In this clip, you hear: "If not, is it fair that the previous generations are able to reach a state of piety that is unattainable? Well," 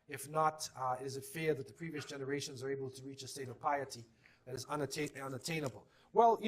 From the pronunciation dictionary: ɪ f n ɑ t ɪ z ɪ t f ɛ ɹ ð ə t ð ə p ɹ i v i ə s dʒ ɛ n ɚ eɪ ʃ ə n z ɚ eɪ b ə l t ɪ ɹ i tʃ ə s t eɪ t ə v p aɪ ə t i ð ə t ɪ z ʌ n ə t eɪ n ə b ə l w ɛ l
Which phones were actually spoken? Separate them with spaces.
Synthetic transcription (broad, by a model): ɪ f n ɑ t ɪ z ɪ t f ɛ ɹ ð ə t ð ə p ɹ i v i ə s dʒ ɛ n ɚ eɪ ʃ ə n z ɚ eɪ b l t ɪ ɹ i tʃ ə s t eɪ t ə v p aɪ ə t i ð ə t ɪ z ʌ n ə t eɪ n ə b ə l w ɛ l